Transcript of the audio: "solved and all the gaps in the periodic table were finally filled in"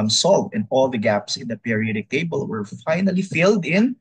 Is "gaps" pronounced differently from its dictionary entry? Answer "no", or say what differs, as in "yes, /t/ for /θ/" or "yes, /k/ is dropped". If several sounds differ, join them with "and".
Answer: no